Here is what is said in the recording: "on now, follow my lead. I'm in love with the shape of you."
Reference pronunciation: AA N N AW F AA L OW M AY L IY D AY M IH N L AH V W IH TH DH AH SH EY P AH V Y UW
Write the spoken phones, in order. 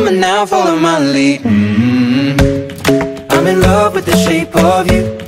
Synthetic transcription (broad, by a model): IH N N AW F AA L OW M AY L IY AY M IH N L AH V W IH DH AH SH EY P AH V Y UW